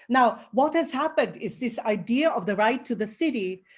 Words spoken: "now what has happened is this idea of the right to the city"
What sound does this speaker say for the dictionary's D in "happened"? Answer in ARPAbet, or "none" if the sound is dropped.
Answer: D